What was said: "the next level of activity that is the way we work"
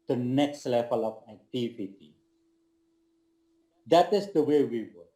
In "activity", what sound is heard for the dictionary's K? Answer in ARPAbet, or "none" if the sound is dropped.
none